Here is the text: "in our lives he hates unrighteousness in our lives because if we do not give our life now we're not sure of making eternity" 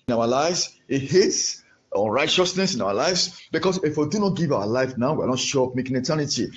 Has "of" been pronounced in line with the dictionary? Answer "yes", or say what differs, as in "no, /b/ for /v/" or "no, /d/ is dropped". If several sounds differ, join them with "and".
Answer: no, /p/ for /v/